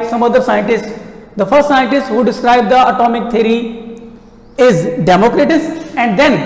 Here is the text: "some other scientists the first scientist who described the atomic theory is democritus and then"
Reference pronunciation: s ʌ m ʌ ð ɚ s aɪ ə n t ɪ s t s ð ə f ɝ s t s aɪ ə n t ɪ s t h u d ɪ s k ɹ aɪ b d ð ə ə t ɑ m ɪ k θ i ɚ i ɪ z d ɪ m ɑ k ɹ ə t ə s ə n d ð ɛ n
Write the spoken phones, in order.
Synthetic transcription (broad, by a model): s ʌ m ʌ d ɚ s aɪ ə n t ɪ s t s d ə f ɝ s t s aɪ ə n t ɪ s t h u d ɪ s k ɹ aɪ b d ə ə t ɑ m ɪ k t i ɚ i ɪ z d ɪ m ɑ k ɹ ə t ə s ə n d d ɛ n